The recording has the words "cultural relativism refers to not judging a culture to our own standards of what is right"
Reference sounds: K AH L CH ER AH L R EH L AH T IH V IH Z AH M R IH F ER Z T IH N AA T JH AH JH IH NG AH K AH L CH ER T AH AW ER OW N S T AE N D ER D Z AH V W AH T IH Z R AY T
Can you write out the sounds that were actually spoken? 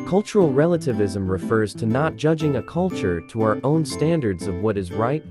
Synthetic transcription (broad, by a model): K AH L CH ER L R EH L AH T IH V IH Z AH M R IH F ER Z T IH N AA T JH AH JH IH NG AH K AH L CH ER T AH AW ER OW N S T AE N D ER D Z AH V W AH T IH Z R AY T